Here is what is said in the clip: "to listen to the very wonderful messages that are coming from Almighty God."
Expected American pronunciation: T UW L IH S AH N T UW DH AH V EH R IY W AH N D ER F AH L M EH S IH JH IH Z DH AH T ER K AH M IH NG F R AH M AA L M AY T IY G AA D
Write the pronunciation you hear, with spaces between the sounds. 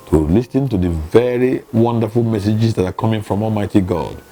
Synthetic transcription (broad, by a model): T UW L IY S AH N T UW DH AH V EH R IY W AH N D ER F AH L M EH S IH JH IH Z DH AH T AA K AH M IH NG F R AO M AA L M AY T IY G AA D